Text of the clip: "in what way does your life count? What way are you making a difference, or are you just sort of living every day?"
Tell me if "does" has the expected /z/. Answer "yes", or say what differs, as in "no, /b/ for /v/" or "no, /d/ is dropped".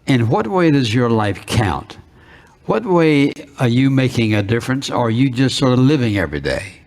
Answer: yes